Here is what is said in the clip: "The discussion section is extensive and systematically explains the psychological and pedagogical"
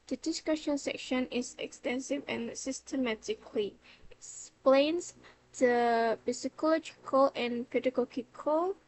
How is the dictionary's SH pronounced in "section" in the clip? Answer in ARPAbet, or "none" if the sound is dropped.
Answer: SH